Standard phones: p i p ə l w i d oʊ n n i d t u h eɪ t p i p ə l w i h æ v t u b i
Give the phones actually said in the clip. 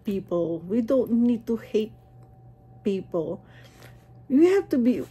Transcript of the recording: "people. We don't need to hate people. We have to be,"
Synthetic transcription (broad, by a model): p i p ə l w i d oʊ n n i d t u h eɪ t p i p ə l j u h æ f t u b i